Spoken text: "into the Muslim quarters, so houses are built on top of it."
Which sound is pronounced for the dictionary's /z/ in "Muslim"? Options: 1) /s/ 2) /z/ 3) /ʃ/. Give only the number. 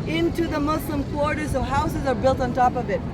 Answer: 1